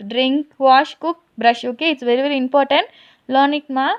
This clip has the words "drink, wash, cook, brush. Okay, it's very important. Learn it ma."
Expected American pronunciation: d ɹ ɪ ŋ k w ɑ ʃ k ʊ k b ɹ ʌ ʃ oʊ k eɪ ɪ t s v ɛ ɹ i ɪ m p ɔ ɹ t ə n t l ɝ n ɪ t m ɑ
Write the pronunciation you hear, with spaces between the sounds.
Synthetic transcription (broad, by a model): d ɹ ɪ ŋ k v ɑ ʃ k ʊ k b ɹ ʌ ʃ oʊ k eɪ ɪ t s v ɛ ɹ i ɪ m p ɔ ɹ t ə n t l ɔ n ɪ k m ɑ